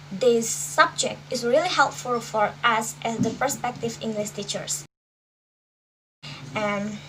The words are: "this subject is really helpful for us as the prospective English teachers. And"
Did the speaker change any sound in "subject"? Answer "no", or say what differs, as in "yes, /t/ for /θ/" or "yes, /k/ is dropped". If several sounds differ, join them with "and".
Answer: no